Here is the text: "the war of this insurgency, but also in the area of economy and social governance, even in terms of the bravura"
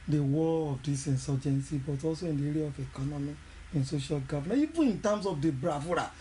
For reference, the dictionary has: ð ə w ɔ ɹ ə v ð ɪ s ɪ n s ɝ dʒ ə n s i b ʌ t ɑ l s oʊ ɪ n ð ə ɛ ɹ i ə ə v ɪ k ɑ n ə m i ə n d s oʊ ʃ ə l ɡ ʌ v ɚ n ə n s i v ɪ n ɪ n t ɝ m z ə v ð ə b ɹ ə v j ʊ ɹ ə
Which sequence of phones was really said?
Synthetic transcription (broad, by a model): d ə w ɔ l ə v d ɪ s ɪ n s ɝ dʒ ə n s i b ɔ t ɑ l s oʊ ɪ n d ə ɛ ɹ i ə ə f ɪ k ɑ n ə m i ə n s oʊ ʃ ə l ɡ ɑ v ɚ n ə i v ɪ n ɪ n t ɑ m s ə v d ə b ɹ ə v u ɹ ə